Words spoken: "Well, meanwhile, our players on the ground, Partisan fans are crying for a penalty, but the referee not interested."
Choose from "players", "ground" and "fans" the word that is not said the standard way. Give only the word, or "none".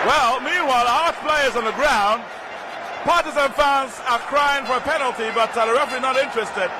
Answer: none